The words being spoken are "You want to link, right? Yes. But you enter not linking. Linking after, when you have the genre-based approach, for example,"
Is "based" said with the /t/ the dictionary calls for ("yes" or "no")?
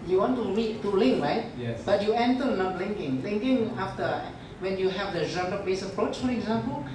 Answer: no